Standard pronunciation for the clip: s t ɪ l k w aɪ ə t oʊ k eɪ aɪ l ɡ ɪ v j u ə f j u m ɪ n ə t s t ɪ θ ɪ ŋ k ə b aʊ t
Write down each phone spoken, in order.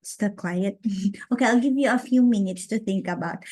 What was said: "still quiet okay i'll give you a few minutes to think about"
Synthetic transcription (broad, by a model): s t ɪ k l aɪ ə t oʊ k eɪ aɪ l ɡ ɪ v j u ə f j u m ɪ n ə t s t ɪ θ ɪ ŋ k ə b aʊ t